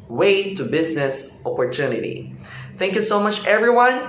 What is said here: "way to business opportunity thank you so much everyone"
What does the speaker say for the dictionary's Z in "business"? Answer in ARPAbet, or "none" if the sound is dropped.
Z